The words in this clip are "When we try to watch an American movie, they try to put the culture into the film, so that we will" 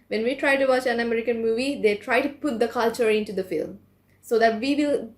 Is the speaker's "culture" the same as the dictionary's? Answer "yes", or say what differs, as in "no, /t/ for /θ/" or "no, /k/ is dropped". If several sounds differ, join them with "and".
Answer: yes